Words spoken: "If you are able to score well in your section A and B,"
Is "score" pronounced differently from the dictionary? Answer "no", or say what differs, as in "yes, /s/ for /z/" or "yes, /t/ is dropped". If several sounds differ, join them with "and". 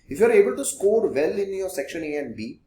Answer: no